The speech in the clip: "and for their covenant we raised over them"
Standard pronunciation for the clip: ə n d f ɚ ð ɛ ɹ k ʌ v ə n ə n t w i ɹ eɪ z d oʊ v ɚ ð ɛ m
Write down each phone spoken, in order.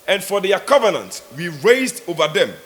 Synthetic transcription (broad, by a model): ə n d f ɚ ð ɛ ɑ k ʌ v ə n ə n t w i ɹ eɪ z d oʊ v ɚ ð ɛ m